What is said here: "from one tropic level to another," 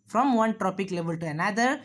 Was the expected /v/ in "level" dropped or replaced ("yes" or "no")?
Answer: no